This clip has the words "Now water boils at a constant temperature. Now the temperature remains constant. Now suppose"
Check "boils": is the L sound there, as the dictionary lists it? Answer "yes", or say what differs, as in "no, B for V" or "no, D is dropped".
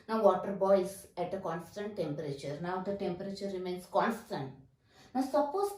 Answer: no, L is dropped